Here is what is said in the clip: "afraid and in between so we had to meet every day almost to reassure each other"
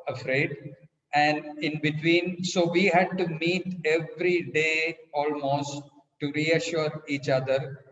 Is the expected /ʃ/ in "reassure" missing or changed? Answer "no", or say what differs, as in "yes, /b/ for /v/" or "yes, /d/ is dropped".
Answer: no